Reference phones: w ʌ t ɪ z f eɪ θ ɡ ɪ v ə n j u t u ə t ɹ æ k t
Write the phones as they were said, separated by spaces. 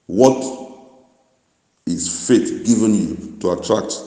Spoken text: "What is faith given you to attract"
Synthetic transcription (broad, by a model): w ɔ t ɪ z f eɪ t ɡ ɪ v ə n j u t u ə t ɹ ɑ k t